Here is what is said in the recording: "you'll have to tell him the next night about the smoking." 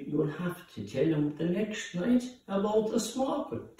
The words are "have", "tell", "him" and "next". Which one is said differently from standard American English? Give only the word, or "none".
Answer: have